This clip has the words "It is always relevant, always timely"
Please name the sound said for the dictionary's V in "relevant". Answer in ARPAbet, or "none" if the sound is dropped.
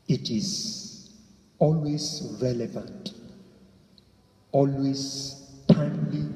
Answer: V